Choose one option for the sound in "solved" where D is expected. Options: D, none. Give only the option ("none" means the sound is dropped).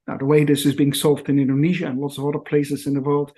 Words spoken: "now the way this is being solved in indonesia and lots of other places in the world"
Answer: D